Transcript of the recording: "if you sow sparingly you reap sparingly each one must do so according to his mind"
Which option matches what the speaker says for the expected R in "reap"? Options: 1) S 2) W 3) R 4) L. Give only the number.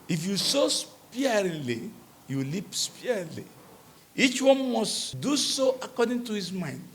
4